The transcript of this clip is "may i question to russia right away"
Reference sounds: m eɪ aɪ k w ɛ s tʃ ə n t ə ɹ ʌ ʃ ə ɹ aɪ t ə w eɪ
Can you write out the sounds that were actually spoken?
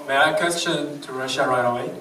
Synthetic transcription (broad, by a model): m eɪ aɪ k w ɛ s tʃ ə n t ə ɹ ʌ ʃ ə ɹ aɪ ə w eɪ